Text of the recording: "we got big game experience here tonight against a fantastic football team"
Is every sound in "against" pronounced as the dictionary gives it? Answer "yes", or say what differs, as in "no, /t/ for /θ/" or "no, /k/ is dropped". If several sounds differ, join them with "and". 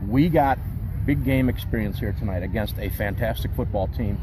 yes